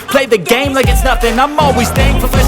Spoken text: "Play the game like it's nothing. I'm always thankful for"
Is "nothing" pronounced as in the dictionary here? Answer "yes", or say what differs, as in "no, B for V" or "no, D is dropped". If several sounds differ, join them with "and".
no, F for TH